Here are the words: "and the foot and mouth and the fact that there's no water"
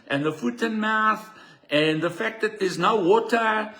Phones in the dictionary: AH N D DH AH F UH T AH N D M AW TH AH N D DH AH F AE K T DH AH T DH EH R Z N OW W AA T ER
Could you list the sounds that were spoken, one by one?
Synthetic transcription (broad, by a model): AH N DH AH F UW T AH N M AW TH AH N DH AH F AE K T DH AH T DH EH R Z N OW W AA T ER